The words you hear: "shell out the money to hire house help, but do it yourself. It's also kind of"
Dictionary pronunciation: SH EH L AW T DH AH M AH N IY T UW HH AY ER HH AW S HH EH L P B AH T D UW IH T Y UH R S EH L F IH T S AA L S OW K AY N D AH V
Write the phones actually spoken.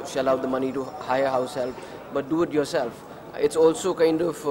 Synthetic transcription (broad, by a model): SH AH L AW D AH M AH N IY T UW HH AY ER HH AW S HH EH L F B AH T D UW IH T Y UH R S EH L F IH T S AA L S OW K AY N D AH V